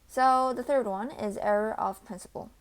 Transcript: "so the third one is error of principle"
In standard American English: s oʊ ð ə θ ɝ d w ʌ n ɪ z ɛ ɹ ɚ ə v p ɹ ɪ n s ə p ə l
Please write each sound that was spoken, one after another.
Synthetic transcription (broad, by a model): s oʊ ð ə θ ɝ d w ʌ n ɪ z ɛ ɹ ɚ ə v p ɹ ɪ n s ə p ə l